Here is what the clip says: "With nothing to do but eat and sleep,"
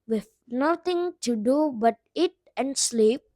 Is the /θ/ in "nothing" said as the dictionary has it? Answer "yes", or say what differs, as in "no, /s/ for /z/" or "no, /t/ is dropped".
no, /t/ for /θ/